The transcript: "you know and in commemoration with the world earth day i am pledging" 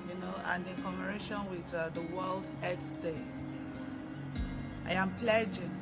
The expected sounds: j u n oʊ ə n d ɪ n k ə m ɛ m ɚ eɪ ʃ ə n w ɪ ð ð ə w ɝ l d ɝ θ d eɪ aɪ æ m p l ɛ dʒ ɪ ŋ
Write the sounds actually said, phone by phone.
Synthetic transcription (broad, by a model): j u n oʊ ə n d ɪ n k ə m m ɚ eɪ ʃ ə n w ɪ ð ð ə w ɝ l d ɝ s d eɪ aɪ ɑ m p l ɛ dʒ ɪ